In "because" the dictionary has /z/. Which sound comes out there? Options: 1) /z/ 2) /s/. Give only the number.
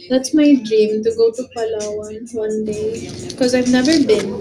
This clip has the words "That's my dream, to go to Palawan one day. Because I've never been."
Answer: 1